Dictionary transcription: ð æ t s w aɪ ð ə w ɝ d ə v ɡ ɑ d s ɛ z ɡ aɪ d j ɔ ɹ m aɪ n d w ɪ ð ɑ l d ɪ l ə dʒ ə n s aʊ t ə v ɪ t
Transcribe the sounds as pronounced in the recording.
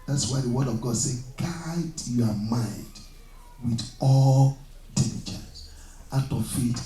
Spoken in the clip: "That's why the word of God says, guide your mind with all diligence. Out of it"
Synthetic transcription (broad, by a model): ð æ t s w aɪ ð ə w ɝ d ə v ɡ ɑ d s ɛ ɡ aɪ d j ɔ m aɪ n d w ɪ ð ɑ l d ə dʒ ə s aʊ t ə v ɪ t